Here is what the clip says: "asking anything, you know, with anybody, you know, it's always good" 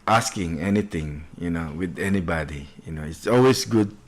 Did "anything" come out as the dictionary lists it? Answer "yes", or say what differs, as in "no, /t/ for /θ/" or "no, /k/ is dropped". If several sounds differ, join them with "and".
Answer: no, /t/ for /θ/